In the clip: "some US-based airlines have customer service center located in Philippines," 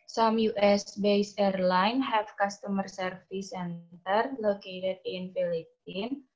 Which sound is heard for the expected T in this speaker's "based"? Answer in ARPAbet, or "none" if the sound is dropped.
none